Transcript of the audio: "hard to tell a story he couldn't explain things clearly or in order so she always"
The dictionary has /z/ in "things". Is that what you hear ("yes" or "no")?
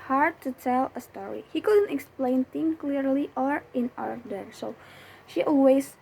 no